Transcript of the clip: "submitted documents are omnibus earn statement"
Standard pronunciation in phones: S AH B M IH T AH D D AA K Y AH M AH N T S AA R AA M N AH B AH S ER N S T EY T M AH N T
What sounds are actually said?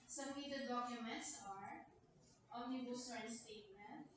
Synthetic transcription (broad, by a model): S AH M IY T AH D D AA K Y AH M AH N T S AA R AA N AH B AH S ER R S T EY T M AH N T